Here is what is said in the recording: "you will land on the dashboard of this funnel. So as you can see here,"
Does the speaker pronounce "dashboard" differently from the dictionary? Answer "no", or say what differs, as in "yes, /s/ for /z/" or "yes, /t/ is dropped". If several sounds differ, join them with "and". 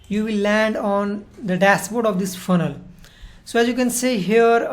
yes, /s/ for /ʃ/